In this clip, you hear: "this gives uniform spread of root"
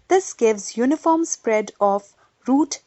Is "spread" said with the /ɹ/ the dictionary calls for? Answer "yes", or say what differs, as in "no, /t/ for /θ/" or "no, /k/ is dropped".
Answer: yes